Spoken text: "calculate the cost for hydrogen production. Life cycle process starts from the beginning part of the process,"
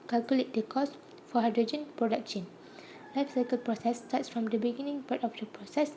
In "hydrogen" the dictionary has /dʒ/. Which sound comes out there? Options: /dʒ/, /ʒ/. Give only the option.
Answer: /dʒ/